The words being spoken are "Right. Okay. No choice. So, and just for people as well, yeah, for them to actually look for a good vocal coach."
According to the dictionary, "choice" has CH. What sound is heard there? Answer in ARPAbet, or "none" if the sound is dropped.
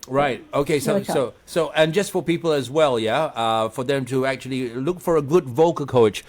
S